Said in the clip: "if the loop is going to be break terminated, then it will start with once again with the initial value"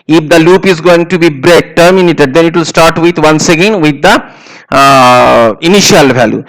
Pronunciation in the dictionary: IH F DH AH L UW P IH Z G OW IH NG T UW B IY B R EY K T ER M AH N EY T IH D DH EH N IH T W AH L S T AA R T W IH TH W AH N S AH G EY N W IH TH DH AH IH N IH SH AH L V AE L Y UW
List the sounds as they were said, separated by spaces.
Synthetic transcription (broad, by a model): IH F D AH L UW P IH Z G OW IH NG T UW B IY B R EY K T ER M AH N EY T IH D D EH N IH T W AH L S T AA R T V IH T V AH N S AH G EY N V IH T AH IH N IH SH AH L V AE L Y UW